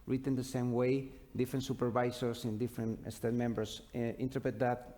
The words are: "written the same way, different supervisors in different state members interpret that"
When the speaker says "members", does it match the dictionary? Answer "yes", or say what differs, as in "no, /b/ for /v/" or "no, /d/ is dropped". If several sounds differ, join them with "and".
no, /s/ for /z/